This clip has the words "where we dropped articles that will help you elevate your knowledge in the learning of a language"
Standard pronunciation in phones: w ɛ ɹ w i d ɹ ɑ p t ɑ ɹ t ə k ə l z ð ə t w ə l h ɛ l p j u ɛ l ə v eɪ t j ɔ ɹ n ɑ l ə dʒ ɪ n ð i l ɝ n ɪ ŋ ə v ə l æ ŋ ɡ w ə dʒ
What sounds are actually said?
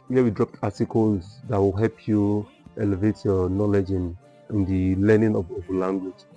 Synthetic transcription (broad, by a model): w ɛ w i d ɹ ɑ p t ɑ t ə k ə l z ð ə t w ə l h ɛ l p j u ɛ l ə v eɪ t j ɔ n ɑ l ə dʒ ɪ n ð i l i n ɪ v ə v ə l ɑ ŋ ɡ w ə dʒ